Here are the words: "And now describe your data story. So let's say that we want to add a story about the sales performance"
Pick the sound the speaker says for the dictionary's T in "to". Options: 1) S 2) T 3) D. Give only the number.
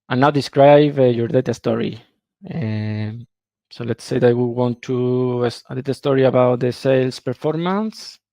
1